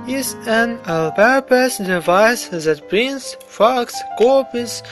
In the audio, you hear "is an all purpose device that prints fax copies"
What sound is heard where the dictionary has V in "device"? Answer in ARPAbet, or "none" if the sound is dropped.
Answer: V